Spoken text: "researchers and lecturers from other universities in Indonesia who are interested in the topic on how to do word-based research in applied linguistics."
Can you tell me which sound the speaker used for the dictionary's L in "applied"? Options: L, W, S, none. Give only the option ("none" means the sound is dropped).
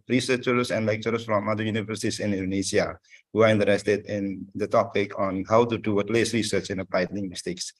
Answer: none